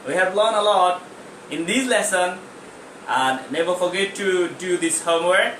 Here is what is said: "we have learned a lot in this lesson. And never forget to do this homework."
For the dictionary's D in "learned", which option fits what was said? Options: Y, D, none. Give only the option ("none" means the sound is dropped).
none